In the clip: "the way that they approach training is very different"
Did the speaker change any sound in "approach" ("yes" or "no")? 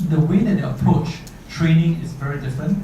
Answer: yes